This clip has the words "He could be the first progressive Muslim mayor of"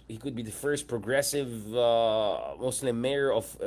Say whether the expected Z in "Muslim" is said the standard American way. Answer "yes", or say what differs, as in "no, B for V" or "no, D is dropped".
no, S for Z